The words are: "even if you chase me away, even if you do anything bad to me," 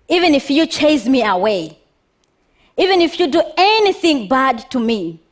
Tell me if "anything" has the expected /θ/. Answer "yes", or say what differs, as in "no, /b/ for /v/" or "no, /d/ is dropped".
yes